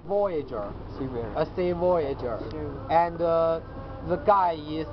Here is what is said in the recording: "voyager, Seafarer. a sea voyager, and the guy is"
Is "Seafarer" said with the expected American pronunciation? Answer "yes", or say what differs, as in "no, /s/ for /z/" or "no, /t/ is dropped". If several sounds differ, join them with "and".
no, /f/ is dropped